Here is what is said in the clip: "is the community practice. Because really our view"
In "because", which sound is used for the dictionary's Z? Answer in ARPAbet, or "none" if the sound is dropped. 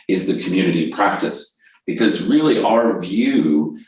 Z